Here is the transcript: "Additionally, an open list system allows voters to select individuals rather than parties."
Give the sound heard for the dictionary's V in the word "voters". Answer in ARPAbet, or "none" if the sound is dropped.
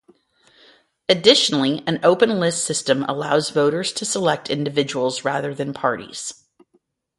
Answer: V